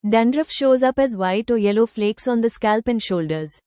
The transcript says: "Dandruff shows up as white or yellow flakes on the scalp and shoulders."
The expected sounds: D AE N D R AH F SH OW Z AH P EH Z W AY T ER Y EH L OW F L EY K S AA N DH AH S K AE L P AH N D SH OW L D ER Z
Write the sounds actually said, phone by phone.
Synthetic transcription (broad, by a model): D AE N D R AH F SH OW Z AH P EH Z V AY T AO Y EH L OW F L EY K S AA N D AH S K AE L P AH N D SH OW L D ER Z